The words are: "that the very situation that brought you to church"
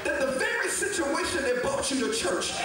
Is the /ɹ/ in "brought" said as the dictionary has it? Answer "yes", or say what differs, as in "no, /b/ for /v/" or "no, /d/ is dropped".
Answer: no, /ɹ/ is dropped